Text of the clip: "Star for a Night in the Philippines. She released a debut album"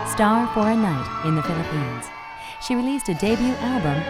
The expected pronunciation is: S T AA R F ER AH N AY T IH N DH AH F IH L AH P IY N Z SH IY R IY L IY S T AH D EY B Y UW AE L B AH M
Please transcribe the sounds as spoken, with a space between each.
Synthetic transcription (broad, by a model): S T AA R F ER AH N AY T IH N DH AH F IH L AH P IY N Z SH IY R IY L IY S T AH D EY B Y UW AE L B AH M